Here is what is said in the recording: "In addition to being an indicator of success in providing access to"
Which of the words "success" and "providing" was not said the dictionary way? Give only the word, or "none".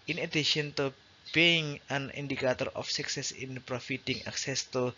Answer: providing